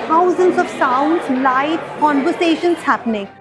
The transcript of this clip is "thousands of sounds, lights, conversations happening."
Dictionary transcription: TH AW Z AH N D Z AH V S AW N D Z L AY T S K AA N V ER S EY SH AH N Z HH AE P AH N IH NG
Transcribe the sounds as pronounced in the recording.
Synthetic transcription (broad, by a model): AW Z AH N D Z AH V S AW N D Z L AY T K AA N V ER S EY SH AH N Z HH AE P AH N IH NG